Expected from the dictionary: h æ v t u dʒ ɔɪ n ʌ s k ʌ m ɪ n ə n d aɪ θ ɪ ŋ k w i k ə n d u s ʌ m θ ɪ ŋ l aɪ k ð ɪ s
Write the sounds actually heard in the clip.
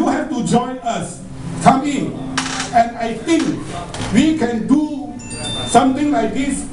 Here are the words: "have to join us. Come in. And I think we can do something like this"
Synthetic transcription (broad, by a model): h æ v t u dʒ ɔɪ n ʌ s k ʌ m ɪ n ə n d aɪ t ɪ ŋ k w i k ə n d u s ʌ m t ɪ ŋ l aɪ k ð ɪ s